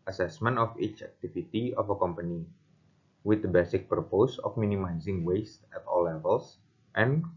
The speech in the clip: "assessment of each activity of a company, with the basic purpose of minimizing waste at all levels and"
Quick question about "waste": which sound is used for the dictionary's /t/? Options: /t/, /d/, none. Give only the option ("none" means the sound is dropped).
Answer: /t/